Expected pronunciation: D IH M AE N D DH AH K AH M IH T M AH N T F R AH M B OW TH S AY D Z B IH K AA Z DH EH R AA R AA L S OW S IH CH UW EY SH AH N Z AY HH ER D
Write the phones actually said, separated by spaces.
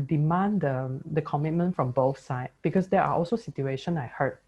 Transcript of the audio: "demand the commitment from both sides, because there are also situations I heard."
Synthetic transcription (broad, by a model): D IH M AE N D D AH K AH M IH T M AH N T F R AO M B OW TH S AY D B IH K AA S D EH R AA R AA L S OW S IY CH UW EY SH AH N AY HH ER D